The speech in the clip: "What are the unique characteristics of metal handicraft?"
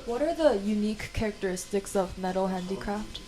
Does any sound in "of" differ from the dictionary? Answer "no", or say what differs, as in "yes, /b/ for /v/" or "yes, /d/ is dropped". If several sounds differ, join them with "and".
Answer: no